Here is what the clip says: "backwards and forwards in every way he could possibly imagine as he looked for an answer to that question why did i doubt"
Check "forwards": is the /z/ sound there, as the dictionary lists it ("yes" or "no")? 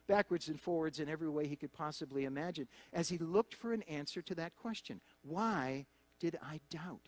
yes